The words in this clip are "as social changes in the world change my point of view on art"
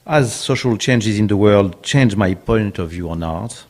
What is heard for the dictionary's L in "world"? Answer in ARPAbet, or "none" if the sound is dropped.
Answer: L